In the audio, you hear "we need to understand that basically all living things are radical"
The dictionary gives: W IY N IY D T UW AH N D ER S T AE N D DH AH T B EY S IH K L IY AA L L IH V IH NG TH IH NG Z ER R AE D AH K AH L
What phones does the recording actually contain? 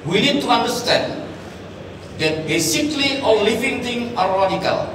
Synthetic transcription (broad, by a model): W IY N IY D T UW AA N D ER S T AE N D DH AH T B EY S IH K L IY AA L L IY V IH NG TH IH NG AA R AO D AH K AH L